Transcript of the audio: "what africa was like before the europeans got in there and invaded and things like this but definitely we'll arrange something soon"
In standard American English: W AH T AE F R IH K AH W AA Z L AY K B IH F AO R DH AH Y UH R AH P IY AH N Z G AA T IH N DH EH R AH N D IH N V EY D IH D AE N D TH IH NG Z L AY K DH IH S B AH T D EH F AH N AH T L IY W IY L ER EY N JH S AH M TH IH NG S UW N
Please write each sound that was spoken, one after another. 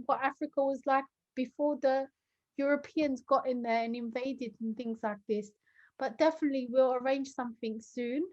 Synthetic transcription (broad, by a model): W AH T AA F R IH K AH W AA Z L AY K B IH F AO DH AH Y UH R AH P IY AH N Z G AA T IH N DH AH R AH N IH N V EY D IH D N TH IH NG Z L AY K DH IH S B AH T D EH F AH N AH T L IY W IY L ER EY N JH S AH M TH IH NG S UW N